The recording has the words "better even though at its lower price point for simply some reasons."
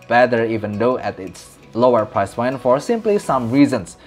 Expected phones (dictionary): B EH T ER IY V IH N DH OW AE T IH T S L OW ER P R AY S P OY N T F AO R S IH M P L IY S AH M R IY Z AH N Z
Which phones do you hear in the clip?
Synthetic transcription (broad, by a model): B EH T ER IY V IH N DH OW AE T IH T S L OW ER P R AY S F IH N F AO R S IH M P L IY S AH M R IY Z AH N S